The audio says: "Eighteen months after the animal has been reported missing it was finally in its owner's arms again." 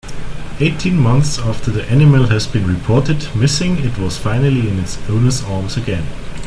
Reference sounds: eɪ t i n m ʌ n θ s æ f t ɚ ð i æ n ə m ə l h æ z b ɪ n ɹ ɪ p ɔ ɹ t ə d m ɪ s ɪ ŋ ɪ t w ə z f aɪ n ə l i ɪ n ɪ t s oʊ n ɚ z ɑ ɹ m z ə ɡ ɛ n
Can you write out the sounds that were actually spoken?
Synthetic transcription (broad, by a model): eɪ t i n m ʌ n θ s æ f t ɚ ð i æ n ə m ə l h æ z b ɪ n ɹ ɪ p ɔ ɹ t ə d m ɪ s ɪ ŋ ɪ t w ə z f aɪ n ə l i ɪ n ɪ t s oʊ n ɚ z ɑ ɹ m z ə ɡ ɛ n